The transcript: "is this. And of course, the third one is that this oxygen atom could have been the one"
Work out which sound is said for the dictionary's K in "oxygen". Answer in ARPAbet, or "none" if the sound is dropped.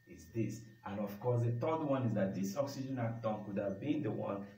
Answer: K